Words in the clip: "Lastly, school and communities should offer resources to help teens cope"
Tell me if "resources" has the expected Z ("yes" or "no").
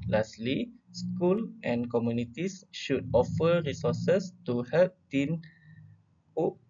no